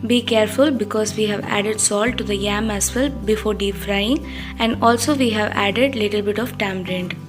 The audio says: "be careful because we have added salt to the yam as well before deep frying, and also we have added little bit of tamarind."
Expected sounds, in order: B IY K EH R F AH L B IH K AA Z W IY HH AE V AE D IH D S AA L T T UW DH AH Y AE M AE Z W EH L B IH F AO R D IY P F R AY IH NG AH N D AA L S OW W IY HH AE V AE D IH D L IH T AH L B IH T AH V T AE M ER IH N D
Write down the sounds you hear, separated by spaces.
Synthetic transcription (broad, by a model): B IY K EH R F AH L B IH K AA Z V IY HH AE V AE D IH D S AA L T T UW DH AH Y AE M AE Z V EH L B IH F AO R D IY P F R AY IH NG AH N D AA L S OW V IY HH AE V AE D IH D L IH T AH L B IH T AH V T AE M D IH N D